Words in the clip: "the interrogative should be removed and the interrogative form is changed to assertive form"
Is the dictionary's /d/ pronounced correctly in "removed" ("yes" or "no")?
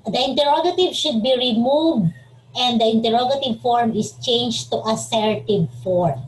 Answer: yes